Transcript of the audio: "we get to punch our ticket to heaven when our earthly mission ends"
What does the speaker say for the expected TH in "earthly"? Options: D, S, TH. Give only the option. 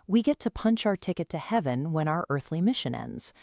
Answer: TH